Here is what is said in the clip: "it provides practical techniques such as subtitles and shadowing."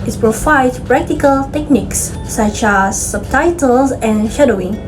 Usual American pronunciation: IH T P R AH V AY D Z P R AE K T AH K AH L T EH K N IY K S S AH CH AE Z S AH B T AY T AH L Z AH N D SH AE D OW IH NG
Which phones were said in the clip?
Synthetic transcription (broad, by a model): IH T P R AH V AY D P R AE K T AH K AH L T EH K N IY K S S AH CH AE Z S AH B T AY T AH L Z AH N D SH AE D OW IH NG